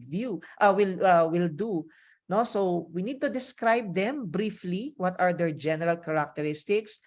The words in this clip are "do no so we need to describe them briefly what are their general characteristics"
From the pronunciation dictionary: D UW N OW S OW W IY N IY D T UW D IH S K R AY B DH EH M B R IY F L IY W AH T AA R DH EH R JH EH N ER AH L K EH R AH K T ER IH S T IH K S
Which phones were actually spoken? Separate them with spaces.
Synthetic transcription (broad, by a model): D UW N OW S OW W IY N IY D T UW D IH S K R AY B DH EH M B R IY F L IY W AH T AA R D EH R JH EH N ER AH L K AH R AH K T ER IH S T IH K S